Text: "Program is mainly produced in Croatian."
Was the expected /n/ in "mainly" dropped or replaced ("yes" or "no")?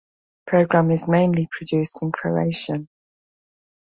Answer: no